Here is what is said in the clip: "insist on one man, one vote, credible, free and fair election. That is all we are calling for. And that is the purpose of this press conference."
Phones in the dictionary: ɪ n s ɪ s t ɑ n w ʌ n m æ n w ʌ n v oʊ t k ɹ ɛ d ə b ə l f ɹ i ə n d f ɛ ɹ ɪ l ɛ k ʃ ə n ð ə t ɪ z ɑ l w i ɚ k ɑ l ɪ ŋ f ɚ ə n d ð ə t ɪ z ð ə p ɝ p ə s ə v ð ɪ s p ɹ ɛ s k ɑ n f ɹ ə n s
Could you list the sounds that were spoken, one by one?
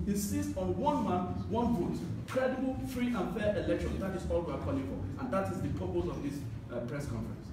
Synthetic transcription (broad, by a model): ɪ n s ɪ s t ɑ n w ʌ n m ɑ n w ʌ n b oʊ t k ɹ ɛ d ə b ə l f ɹ i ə n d f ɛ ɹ ɪ l ɛ k ʃ ə n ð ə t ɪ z ɑ l w i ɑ k ɑ l ɪ ŋ f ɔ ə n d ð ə t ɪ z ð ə p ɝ p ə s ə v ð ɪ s p ɹ ɛ s k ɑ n f ɹ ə n s